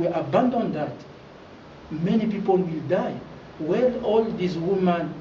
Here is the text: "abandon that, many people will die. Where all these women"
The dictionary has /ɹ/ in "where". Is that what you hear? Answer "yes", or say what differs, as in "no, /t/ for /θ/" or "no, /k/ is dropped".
no, /l/ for /ɹ/